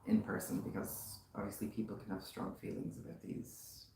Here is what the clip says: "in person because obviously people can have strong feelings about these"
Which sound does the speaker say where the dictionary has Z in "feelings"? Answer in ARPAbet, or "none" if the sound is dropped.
Z